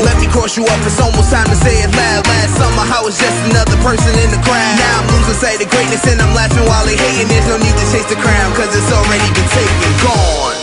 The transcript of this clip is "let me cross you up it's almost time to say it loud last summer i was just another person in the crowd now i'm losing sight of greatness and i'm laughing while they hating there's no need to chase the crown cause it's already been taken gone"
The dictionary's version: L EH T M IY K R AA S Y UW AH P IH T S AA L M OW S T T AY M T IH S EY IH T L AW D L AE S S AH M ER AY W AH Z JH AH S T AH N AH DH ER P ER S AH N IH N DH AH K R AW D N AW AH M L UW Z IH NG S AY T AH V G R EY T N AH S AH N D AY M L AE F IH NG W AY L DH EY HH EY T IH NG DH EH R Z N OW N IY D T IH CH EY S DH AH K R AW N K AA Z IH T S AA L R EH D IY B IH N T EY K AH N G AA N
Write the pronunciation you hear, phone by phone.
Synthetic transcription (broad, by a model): L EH T M IY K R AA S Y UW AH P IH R S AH M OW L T T AY M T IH S EY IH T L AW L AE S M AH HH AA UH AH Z JH AH S T AH N AH DH ER P ER S AH N IH N DH AH K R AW N AW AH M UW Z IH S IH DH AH G R EY T N AH S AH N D AY M L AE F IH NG W AY L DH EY HH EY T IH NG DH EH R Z N OW N IY D T IH CH EY S DH AH K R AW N K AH Z IH T S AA L R EH D IY B IH N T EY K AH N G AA N